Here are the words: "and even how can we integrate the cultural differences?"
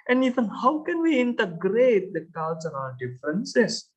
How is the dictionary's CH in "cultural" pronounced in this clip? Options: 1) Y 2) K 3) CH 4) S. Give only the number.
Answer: 4